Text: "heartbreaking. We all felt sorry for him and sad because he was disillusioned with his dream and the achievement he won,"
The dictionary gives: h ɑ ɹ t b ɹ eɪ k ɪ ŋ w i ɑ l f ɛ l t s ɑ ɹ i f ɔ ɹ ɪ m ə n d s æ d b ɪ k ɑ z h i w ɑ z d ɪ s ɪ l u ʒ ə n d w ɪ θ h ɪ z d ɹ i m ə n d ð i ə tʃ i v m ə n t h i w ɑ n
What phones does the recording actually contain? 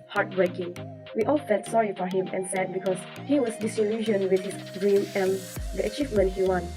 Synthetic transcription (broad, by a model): h ɑ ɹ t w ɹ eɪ k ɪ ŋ w i ɑ l f ɛ l t s ɑ ɹ i f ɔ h ɪ m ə n s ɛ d b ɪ k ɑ s h i w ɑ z d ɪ s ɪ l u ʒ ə n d w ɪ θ h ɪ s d ɹ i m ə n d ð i ə tʃ i v m ə n t h i w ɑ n